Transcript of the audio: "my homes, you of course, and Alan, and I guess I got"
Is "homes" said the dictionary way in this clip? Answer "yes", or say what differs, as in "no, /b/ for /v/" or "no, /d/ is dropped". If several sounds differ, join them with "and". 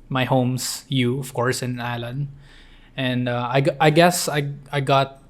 no, /s/ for /z/